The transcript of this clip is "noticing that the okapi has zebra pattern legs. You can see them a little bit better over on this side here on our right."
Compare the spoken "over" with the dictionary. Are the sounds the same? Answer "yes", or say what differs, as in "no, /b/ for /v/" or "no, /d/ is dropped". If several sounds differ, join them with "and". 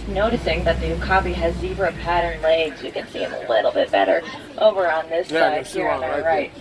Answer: yes